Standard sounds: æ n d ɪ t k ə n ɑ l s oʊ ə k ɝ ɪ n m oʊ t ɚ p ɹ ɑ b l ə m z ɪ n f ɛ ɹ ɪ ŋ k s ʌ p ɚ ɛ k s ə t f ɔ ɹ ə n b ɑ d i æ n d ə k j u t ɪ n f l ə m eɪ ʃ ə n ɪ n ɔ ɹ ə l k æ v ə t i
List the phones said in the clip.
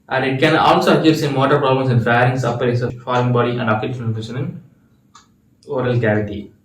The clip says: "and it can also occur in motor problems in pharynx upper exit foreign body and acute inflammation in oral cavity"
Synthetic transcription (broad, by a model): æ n d ɪ t k ə n ɑ l s oʊ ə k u ɪ n m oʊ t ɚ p ɹ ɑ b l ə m s ɪ n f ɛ ɹ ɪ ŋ s ʌ p ɚ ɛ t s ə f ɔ ɹ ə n b ɑ d i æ n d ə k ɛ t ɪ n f ə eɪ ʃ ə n ɪ n ɔ ɹ ə l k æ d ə t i